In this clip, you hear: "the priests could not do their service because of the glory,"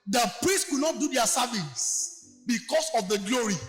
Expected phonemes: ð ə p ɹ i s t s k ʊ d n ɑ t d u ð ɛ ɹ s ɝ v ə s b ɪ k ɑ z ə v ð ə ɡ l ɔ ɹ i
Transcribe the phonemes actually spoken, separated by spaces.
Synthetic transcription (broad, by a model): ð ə p ɹ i s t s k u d n ɑ t d u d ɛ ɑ s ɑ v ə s b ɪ k ɑ s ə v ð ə ɡ l ɔ ɹ i